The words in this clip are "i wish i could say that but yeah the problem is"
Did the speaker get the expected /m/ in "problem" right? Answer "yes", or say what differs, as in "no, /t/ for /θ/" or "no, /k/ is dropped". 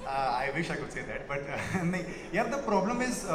yes